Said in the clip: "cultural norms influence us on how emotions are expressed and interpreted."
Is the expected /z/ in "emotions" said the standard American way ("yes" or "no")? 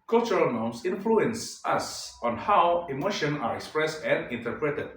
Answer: no